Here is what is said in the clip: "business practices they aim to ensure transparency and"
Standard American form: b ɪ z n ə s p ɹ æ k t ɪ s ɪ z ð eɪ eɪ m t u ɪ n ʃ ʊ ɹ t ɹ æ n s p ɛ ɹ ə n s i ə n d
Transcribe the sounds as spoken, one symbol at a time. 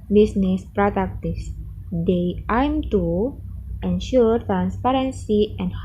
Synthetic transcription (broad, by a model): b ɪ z n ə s p ɹ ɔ t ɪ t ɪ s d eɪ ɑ m t u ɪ n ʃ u ɹ t ɹ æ n s p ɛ ɹ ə n s i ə n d